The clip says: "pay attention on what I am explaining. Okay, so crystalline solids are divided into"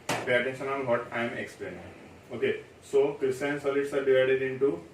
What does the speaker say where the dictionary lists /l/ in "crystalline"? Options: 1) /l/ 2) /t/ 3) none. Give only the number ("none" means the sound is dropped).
3